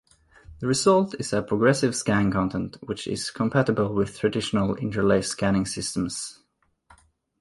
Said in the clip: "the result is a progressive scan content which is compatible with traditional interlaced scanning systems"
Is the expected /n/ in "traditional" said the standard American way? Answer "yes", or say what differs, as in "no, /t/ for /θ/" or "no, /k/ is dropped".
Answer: yes